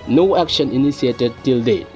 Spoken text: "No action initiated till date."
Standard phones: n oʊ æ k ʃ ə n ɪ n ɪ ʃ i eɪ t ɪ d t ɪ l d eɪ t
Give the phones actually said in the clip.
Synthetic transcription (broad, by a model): n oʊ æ k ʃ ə n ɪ n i s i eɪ t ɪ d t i l d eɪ